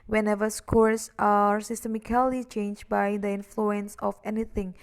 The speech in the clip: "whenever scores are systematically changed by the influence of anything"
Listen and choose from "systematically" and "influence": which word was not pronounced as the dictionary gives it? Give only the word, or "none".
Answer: systematically